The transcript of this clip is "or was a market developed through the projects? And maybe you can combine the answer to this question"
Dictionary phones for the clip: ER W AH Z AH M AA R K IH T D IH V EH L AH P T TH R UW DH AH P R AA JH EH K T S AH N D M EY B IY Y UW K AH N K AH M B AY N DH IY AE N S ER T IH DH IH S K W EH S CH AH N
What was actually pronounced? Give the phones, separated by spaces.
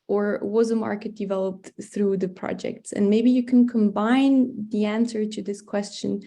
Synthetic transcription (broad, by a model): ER W AH Z AH M AA R K IH T D IH V EH L AH P T TH R UW DH AH P R AA JH EH K T S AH N M EY B IY Y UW K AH N K AH M B AY N DH IY AE N S ER T IH DH IH S K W EH S CH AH N